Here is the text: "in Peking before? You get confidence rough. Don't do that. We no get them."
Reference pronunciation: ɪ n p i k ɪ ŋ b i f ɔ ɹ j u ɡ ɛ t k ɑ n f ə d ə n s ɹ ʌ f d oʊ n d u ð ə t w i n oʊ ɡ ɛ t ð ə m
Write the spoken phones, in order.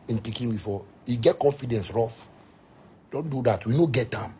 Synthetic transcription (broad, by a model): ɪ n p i k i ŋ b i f ɔ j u ɡ ɛ t k ɑ n f ə d ə n s ɹ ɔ f d oʊ n d u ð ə t w i n oʊ ɡ ɛ t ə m